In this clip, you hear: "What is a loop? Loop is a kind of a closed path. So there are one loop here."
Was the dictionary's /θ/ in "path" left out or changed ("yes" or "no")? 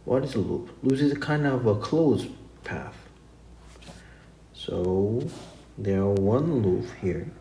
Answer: no